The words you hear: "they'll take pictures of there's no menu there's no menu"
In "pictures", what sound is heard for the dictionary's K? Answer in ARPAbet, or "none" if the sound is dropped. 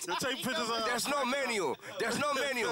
none